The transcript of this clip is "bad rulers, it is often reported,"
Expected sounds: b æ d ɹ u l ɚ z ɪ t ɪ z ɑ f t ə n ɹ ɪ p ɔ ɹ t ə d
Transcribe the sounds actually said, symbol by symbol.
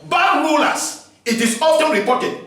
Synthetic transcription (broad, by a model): b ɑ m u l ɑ s ɪ t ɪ s ɑ f t ə n ɹ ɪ p ɔ t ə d